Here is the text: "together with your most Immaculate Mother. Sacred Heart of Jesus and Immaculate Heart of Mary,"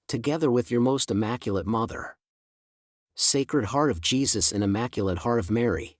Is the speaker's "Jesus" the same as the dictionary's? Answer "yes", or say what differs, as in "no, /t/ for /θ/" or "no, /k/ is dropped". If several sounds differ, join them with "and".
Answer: yes